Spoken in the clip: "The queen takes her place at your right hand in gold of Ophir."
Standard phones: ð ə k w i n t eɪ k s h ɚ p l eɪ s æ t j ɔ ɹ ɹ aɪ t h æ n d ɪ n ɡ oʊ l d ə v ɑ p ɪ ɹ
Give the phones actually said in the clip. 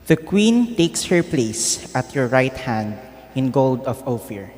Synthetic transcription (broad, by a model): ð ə k w i n t eɪ k s h ɚ p l eɪ s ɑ t j ɔ ɹ ɹ aɪ t h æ n d ɪ n ɡ oʊ l d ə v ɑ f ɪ ɹ